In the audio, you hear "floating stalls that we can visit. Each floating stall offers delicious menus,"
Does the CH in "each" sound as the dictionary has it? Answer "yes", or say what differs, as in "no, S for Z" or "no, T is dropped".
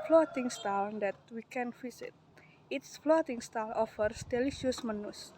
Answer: no, S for CH